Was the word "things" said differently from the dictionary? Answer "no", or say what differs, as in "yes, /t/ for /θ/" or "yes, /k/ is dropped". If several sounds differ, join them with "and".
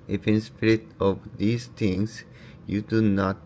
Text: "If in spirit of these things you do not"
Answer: yes, /t/ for /θ/